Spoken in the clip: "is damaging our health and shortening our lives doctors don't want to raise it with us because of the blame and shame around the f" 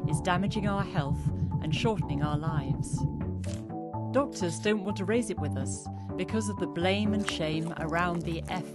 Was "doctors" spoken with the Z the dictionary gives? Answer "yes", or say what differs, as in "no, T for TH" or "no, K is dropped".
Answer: yes